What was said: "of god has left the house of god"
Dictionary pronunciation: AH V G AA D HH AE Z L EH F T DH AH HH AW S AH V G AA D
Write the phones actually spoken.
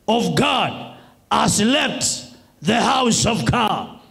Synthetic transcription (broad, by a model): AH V G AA D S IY L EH P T DH AH HH AW S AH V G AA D